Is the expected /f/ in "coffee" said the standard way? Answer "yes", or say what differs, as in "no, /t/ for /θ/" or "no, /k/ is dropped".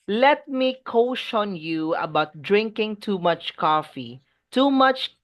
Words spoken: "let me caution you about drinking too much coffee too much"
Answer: yes